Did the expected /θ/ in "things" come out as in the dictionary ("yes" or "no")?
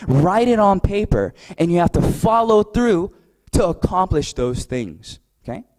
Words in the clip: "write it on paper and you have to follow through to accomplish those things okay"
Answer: yes